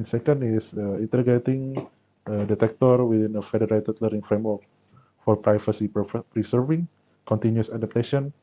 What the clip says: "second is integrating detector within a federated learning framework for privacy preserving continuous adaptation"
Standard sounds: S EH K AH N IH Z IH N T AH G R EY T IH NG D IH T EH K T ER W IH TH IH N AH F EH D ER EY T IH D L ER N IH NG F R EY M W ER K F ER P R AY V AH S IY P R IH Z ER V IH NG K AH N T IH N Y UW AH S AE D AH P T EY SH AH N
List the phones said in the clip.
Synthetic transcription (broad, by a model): S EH K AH N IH S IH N T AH G EY T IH NG D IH T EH K T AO W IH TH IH N AH F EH D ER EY T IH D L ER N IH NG F R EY M W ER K F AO P R AY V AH S IY P R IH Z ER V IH NG K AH N T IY N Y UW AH S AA D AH P T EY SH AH N